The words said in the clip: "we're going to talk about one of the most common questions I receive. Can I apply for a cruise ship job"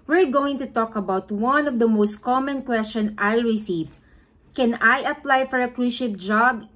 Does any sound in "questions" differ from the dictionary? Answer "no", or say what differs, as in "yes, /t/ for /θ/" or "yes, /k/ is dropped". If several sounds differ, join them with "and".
yes, /z/ is dropped